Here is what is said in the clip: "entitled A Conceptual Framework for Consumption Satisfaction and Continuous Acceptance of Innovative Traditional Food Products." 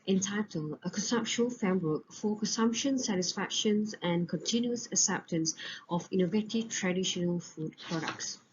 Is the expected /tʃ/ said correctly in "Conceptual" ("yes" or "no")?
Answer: no